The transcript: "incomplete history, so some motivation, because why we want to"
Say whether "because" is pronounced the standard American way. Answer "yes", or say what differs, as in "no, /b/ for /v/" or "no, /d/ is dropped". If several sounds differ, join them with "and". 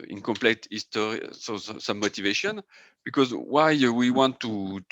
yes